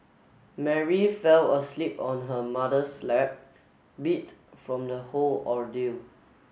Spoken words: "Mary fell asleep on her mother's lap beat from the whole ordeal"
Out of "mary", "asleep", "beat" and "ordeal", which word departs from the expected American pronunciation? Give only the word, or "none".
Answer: none